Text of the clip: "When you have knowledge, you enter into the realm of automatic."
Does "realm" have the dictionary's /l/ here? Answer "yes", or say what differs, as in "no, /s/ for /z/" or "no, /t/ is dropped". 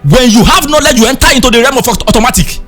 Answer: no, /l/ is dropped